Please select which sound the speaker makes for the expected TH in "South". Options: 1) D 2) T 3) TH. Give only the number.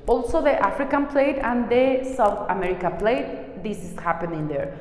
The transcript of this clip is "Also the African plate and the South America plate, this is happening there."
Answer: 2